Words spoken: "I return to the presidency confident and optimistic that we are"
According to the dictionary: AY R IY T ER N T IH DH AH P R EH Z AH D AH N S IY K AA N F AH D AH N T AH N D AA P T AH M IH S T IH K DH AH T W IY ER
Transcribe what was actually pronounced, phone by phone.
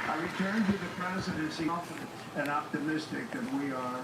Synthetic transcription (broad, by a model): AY R IY T ER N T IH DH AH P R EH Z AH D AH N S IY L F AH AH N AH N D AA P T AH M IH S T IH K DH AH T W IY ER